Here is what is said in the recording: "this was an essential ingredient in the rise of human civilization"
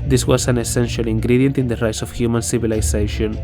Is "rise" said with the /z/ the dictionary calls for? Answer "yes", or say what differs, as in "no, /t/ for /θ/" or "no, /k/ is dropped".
no, /s/ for /z/